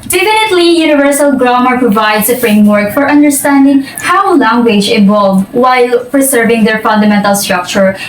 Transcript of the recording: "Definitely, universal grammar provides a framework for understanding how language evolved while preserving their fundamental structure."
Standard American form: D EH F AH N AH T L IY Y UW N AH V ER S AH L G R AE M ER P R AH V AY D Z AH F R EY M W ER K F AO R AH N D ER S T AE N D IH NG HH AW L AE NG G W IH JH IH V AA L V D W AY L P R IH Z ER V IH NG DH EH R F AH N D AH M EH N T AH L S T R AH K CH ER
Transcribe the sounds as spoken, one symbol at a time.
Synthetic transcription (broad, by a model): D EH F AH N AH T L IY Y UW N AH V ER S AH L G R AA M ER P R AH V AY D S AH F R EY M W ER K F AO R AH N D ER S T AE N D IH NG HH AW L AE NG G W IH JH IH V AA L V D W AY L P R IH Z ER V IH NG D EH R F AH N D AH M EH N T AH L S T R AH K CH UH